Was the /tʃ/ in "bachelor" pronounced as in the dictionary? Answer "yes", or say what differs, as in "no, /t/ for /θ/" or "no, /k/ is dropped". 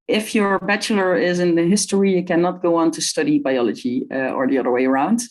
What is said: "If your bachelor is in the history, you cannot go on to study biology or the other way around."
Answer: yes